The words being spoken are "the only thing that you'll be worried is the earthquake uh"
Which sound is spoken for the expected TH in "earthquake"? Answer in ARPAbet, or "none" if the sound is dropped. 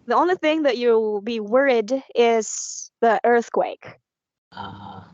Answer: TH